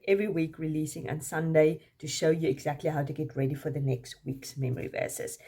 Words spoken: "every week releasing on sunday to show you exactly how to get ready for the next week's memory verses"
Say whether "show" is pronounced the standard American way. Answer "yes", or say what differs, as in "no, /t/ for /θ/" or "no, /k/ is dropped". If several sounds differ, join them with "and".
yes